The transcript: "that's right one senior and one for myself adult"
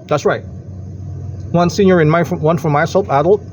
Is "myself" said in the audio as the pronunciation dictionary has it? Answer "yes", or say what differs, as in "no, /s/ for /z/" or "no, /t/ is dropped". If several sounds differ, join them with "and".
no, /p/ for /f/